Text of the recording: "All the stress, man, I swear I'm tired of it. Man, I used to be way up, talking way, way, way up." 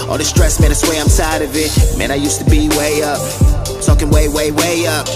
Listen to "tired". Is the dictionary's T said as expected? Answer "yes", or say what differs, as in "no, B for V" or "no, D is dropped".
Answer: no, S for T